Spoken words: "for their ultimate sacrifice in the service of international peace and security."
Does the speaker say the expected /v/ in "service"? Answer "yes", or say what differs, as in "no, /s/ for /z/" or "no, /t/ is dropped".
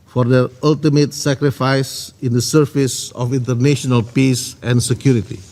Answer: no, /f/ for /v/